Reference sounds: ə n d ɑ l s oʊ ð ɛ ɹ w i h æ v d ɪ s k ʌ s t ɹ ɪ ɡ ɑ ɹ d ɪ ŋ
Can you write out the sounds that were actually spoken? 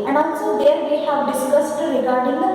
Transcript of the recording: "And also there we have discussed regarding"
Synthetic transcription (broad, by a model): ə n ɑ n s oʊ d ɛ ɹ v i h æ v d ɪ s k ʌ s t ɹ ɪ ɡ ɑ ɹ d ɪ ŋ